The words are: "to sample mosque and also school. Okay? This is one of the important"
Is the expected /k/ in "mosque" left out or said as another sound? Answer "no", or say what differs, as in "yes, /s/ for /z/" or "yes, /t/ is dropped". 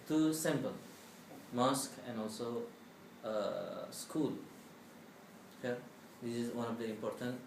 no